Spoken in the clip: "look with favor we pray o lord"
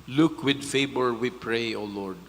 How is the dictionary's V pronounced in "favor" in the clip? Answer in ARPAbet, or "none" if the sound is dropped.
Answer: B